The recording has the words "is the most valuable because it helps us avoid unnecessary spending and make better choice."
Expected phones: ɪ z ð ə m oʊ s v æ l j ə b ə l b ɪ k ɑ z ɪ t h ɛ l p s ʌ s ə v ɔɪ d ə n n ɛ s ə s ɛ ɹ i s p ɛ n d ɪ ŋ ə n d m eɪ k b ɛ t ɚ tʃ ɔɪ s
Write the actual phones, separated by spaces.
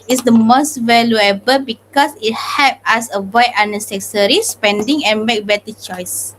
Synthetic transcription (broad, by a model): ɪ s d ə m oʊ s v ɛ l j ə b ə l b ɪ k ɑ s ɪ t h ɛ p ʌ s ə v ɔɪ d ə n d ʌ s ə s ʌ ɹ i s p ɛ n d ɪ ŋ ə n m eɪ k b ɛ t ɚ tʃ ɔɪ s